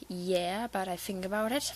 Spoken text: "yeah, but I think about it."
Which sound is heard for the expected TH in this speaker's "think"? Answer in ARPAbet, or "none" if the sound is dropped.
TH